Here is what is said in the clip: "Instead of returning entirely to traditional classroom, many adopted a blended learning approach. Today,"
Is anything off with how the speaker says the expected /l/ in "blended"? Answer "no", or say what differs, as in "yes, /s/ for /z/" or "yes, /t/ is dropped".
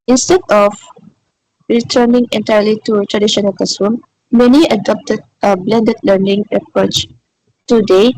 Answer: no